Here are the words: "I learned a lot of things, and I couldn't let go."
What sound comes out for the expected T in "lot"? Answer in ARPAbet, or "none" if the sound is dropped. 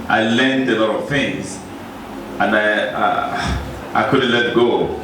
T